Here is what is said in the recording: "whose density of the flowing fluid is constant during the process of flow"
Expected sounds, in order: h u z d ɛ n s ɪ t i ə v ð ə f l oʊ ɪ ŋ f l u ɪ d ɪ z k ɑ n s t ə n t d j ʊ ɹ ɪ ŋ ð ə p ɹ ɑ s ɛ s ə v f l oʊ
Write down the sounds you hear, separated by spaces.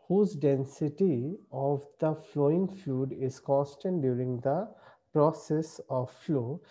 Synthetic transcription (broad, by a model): h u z d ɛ n s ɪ t i ə v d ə f l oʊ ɪ ŋ f u d ɪ z k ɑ s t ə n d j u ɹ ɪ ŋ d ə p ɹ ɑ s ɛ s ə v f l oʊ